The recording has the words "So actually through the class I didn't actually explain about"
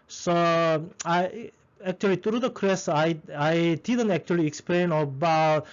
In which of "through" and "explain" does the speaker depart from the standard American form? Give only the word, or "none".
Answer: through